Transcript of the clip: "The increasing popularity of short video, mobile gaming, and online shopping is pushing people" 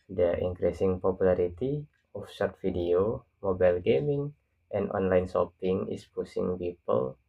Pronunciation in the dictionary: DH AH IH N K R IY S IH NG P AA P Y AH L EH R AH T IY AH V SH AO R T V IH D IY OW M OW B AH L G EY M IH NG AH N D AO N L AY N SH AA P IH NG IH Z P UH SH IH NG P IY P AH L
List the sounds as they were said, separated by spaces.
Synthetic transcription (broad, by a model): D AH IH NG K R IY S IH NG P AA P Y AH L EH R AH T IY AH F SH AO R T F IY D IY OW M OW B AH L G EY M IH NG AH N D AO N L AY N S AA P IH NG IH S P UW S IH NG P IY P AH L